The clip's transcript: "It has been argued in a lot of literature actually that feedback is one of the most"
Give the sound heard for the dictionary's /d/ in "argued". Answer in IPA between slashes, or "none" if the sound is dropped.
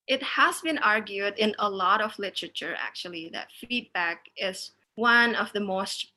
/d/